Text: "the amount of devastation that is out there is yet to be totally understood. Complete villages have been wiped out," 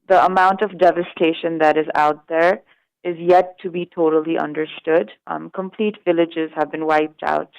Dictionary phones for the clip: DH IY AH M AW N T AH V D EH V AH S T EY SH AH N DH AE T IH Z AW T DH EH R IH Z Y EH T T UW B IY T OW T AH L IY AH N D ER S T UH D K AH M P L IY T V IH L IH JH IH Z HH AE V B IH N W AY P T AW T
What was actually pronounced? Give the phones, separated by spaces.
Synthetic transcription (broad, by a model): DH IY AH M AW N T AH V D EH V AH S T EY SH AH N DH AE T IH Z AW T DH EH R IH Z Y EH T T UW B IY T OW T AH L IY AH N D ER S T UH D K AH M P L IY T V IH L IH JH IH Z HH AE V B IH N W AY P T AW T